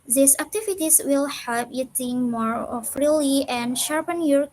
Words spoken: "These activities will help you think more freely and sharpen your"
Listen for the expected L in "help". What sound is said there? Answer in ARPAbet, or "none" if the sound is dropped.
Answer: none